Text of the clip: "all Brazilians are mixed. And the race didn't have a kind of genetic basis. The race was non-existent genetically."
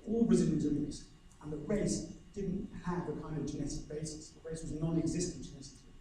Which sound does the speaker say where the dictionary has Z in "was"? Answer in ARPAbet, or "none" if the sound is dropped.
Z